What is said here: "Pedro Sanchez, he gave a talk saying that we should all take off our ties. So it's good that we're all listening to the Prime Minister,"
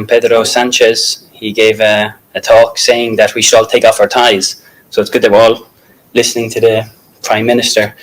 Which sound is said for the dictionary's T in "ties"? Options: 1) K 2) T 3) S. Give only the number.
2